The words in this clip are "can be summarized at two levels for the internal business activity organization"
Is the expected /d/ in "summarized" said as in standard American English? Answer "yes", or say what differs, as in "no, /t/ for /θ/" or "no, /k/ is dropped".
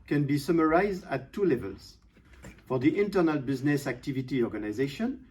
yes